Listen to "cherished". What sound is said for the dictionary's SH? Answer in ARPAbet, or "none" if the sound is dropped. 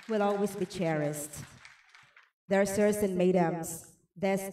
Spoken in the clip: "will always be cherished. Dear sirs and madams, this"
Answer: S